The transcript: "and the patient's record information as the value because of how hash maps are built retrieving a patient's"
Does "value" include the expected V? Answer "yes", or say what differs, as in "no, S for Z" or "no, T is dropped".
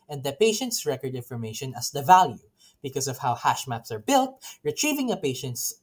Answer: yes